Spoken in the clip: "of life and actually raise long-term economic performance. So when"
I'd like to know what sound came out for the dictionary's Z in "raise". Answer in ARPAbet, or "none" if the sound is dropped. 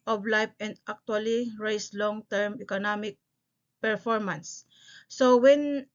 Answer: S